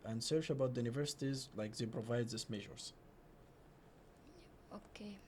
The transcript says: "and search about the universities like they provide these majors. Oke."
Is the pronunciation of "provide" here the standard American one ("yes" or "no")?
yes